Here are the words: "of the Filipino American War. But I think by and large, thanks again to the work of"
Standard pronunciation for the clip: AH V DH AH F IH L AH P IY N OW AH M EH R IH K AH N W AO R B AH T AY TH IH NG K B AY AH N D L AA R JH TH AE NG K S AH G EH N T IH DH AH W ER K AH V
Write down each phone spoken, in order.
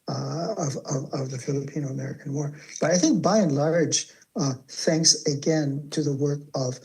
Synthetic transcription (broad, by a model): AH V DH AH F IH L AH P IY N OW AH M EH R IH K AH N W AO R B AH T AY TH IH NG K B AY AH N L AA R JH TH AE NG K S AH G EH N T IH DH AH W ER K AH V